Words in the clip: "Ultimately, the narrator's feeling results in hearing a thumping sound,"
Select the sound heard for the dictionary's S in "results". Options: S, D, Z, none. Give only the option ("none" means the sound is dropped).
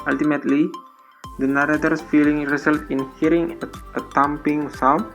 none